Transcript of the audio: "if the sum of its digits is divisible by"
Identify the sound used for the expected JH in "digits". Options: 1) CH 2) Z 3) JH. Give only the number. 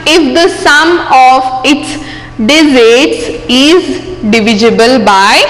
2